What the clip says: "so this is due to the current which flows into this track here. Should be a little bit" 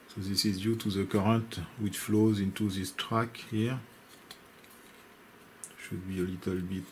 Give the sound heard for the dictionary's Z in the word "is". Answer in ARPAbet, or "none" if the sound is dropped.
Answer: Z